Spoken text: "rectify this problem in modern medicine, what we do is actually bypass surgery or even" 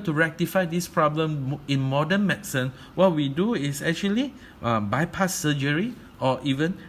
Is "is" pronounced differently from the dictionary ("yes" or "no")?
yes